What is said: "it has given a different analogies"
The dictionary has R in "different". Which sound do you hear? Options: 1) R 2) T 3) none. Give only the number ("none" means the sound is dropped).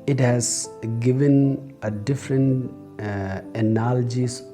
1